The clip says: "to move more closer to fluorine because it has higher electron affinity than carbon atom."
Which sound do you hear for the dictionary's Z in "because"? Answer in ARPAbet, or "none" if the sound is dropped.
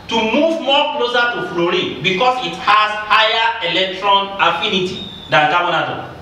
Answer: S